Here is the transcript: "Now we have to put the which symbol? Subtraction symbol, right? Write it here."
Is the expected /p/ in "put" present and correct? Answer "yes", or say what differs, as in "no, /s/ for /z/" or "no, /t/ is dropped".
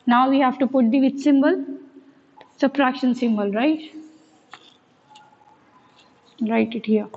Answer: yes